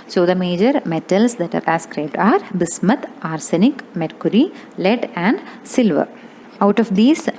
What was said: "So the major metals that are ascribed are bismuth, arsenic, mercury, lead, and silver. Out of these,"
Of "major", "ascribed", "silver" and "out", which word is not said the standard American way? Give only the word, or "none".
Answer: none